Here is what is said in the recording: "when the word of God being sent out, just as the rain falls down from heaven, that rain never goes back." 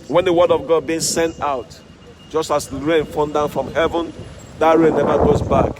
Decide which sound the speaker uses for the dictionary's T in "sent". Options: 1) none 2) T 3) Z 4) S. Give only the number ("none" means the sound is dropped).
2